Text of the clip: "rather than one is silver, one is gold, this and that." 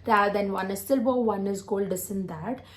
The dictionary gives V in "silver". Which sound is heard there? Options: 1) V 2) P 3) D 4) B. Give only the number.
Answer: 4